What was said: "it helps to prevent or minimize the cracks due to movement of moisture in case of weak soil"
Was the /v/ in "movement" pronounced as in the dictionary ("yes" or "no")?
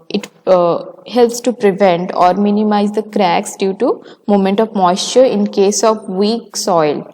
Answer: no